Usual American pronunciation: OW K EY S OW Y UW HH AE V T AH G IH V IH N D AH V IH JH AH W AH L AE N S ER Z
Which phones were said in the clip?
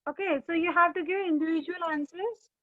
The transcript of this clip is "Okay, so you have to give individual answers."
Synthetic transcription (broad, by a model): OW K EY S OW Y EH HH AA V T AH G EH IH N D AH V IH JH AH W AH L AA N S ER